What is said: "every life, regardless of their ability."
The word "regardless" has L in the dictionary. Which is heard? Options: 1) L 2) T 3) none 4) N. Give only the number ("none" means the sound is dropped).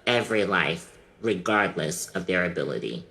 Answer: 1